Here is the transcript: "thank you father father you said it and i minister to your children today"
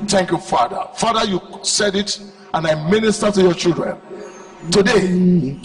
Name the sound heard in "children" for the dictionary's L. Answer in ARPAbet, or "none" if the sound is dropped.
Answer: L